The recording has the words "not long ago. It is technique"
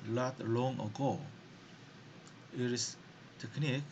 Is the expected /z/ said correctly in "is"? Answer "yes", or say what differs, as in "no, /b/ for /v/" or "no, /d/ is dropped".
no, /s/ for /z/